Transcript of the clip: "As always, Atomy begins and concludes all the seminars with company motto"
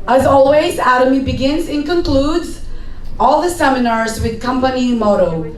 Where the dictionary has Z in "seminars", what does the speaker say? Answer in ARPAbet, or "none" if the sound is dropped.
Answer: Z